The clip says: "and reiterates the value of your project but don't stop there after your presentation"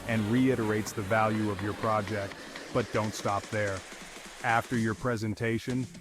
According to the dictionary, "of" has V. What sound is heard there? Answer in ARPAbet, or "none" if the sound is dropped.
V